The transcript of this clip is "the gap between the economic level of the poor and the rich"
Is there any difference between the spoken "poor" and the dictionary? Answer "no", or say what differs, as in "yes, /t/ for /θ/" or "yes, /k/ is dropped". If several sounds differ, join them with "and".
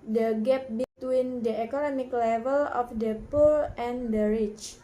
yes, /l/ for /ɹ/